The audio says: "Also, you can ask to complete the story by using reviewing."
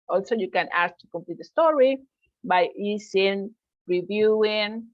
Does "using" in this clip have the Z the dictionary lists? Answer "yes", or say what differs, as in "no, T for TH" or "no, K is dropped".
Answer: no, S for Z